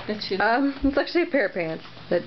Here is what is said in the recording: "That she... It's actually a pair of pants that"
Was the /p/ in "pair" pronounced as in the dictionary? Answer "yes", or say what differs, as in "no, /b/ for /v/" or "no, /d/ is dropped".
yes